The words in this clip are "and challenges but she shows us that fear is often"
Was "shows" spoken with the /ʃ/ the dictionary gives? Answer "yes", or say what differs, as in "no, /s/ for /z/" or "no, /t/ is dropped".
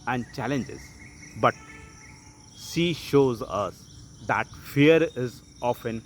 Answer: yes